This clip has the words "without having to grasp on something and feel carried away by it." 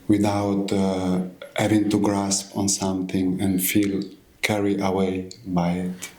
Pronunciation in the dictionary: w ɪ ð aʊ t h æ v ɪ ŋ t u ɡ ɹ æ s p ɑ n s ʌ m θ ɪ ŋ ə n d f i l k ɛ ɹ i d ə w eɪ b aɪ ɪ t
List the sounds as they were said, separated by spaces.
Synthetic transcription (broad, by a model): w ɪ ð aʊ t h æ v ɪ ŋ t u ɡ ɹ æ s p ɑ n s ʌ m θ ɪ ŋ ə n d f i l k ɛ ɹ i ə w eɪ b aɪ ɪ t